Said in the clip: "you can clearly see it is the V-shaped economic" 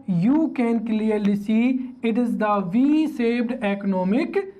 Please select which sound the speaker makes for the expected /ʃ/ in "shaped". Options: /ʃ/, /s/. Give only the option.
/s/